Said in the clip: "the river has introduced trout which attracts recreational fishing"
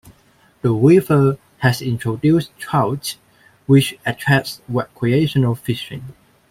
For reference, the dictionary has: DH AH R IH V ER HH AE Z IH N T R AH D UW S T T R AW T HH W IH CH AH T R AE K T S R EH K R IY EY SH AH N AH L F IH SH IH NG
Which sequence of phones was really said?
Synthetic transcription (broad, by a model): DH AH W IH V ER HH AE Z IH N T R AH D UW S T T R AW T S W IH CH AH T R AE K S W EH K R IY EY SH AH N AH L F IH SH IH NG